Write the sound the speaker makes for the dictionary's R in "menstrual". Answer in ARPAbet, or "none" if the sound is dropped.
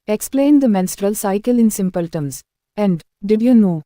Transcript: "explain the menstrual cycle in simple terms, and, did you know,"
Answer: R